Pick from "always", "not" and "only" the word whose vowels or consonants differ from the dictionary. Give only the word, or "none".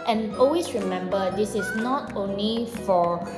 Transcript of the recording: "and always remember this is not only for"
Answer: always